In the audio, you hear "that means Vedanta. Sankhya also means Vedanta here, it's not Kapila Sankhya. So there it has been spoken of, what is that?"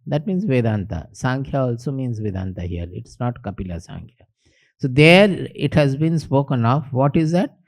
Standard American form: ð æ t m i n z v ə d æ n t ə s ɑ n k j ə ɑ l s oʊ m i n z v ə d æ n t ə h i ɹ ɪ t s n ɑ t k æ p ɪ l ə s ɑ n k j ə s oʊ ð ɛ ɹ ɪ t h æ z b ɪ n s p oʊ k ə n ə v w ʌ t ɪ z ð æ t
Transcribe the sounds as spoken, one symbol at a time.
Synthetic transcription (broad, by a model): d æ t m i n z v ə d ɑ n t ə s ɑ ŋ k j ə ɑ l s oʊ m i n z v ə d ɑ n t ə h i l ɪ t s n ɑ t k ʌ p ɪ l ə s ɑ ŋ k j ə s oʊ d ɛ ɹ ɪ t h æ z b ɪ n s p oʊ k ə n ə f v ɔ t ɪ z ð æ t